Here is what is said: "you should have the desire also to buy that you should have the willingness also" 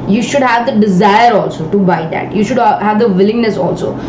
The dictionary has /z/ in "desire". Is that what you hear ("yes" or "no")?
yes